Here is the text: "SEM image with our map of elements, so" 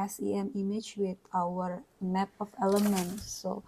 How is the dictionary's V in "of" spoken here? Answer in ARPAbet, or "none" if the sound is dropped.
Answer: F